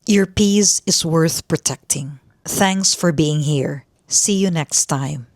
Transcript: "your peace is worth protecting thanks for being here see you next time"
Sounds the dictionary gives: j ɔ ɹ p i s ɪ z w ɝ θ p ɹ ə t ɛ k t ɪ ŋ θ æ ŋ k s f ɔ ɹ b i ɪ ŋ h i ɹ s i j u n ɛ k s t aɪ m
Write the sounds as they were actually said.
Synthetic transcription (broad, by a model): j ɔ ɹ p i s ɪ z w ɝ θ p ɹ ə t ɛ k t ɪ ŋ θ æ ŋ k s f ɔ ɹ b i ɪ ŋ h i ɹ s i j u n ɛ k s t aɪ m